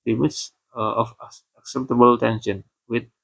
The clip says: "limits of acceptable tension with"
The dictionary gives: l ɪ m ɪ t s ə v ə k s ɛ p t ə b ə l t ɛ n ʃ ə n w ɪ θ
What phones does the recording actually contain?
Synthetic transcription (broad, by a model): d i m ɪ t s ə f ə k s ɛ p t ə b ə l t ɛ n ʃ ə n w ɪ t